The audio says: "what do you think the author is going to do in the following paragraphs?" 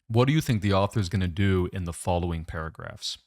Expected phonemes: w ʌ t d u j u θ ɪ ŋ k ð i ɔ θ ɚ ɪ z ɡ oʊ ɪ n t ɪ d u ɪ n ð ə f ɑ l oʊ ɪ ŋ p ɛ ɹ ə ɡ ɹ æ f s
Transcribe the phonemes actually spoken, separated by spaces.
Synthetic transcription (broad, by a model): w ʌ t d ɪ j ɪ θ ɪ ŋ k ð i ɔ θ ɚ ɪ z ɡ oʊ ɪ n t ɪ d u ɪ n ð ə f ɑ l oʊ ɪ ŋ p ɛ ɹ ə ɡ ɹ æ f s